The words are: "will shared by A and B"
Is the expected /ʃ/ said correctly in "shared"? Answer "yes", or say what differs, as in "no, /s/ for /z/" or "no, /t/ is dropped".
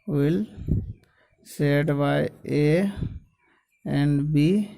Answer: no, /s/ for /ʃ/